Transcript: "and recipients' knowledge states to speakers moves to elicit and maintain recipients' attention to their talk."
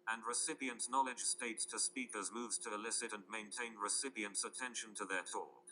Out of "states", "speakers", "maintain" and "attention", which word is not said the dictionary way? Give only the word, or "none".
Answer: none